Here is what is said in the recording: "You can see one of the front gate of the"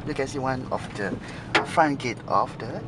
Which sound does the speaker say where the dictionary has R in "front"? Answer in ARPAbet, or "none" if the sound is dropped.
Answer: none